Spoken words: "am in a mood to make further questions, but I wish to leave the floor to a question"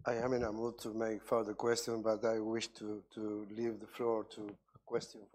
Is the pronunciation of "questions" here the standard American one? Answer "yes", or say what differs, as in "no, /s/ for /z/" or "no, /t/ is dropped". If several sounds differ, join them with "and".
no, /z/ is dropped